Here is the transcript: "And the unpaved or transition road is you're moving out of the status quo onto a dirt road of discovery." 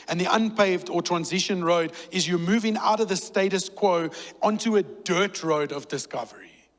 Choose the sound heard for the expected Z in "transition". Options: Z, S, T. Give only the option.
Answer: Z